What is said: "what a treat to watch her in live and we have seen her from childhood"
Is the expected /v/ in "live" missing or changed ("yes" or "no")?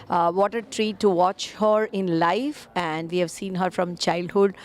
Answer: yes